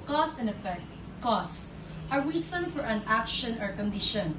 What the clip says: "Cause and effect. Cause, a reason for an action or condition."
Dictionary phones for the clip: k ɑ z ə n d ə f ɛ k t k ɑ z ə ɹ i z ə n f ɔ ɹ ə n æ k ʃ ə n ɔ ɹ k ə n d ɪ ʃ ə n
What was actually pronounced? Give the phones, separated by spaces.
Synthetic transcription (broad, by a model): k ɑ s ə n ə f ɛ k t k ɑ s ə ɹ i s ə n f ɔ ɹ ə n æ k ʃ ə n ɔ ɹ k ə n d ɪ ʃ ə n